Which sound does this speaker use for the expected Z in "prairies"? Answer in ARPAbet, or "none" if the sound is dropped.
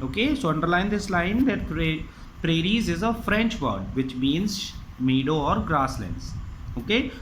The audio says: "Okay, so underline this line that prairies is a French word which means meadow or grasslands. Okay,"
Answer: Z